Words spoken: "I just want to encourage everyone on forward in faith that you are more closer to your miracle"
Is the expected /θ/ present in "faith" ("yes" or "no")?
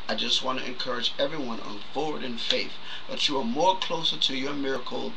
yes